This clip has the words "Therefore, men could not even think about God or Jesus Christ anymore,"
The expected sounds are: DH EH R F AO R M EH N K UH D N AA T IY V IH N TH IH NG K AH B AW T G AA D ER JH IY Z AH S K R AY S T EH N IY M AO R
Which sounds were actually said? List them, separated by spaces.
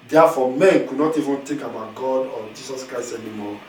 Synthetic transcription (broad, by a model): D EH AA F AO M EH N K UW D N AA T IY V IH N T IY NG K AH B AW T G AA D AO JH IY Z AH S K R AY S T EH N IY M AO